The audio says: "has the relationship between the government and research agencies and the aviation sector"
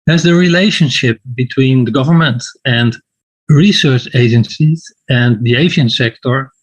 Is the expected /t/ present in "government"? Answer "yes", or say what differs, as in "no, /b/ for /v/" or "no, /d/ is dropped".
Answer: yes